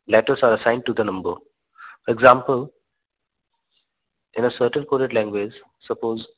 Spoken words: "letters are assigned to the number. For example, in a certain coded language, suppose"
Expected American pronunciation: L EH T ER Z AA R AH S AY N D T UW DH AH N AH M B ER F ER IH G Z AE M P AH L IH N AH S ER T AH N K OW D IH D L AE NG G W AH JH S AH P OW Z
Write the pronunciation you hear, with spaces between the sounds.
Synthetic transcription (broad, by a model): L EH T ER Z AA R AH S AY N D T UW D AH N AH M B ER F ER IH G Z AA M P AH L IH N AH S ER T AH N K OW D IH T L AE NG G W AH JH S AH P OW Z